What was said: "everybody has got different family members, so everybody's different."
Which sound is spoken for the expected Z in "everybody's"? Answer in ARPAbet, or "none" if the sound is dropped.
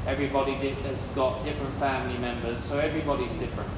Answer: Z